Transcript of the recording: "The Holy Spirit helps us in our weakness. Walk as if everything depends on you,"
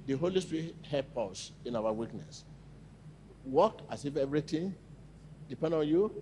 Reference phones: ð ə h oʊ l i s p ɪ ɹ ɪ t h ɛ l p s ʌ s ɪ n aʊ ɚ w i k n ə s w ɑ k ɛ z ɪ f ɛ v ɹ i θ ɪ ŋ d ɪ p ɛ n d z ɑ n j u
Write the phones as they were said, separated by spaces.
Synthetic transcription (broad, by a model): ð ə h oʊ l i s p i ɹ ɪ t h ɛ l p ɔ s ɪ n aʊ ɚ w i k n ə s w ɑ k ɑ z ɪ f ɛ v ɹ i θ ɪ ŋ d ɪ p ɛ n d ɑ n j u